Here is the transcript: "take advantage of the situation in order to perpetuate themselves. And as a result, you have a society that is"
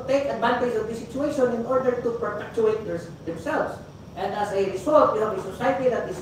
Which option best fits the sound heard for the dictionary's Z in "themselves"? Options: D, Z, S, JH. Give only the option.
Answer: S